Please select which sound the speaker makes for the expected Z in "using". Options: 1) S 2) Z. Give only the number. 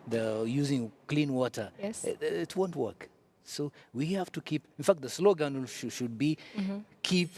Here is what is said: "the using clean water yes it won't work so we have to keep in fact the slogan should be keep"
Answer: 2